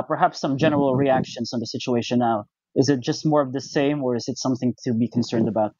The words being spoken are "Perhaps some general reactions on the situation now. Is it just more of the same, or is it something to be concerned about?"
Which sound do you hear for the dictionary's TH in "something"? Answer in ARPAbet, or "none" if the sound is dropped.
TH